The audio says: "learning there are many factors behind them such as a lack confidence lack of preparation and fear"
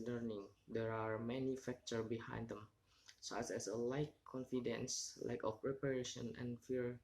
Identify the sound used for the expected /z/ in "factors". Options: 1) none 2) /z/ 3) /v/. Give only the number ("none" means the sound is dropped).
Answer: 1